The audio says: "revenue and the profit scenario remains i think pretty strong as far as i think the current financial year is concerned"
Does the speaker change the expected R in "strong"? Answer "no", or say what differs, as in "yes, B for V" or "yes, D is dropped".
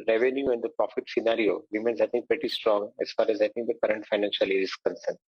no